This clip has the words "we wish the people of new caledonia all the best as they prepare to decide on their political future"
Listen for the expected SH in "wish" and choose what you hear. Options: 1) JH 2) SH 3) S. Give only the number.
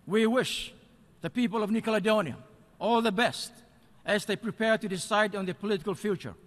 2